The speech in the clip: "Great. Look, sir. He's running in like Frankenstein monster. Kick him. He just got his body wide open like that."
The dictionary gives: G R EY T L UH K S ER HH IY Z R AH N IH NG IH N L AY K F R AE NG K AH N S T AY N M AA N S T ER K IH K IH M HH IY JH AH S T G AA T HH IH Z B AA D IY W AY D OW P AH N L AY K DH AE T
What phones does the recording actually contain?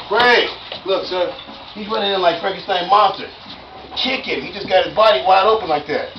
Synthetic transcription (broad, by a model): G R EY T L UH K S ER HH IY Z W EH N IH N IH N L AY K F R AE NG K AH S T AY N M AA N S T ER K IH K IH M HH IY JH AH S G AA T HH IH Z B AA D IY W AY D OW P AH N L AY K DH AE T